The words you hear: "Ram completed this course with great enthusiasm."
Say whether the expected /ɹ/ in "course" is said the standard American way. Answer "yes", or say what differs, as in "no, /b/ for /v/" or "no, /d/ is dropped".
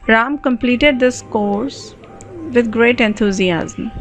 yes